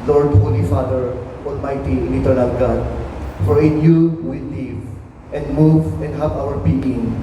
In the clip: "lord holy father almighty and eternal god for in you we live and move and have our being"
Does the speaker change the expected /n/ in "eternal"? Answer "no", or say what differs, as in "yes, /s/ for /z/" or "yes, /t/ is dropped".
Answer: no